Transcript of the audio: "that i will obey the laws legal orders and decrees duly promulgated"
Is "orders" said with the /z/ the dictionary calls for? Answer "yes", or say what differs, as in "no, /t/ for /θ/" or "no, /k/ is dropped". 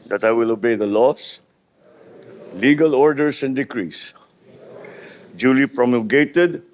no, /s/ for /z/